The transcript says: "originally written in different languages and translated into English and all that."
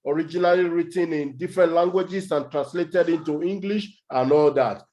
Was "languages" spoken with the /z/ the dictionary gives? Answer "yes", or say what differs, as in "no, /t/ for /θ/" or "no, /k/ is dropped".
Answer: no, /s/ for /z/